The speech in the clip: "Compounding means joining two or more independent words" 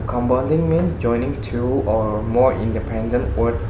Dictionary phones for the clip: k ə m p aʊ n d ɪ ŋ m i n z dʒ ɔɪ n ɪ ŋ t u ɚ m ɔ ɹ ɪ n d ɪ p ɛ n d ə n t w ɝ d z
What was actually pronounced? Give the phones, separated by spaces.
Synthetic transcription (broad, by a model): k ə m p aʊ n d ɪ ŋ m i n dʒ ɔɪ n ɪ ŋ t u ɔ m ɔ ɹ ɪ n d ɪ p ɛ n d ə n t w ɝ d